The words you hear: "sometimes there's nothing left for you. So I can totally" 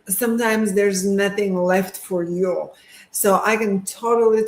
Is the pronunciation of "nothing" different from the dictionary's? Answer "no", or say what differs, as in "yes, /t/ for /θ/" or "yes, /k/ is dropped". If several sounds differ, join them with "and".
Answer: no